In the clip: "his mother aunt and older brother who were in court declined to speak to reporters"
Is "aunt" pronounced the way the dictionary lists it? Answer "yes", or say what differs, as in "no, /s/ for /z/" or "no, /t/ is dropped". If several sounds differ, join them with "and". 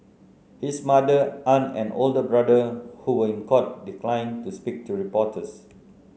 no, /t/ is dropped